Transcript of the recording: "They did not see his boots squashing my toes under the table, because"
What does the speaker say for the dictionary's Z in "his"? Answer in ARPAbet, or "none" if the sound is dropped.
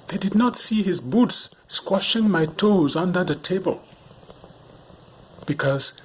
Z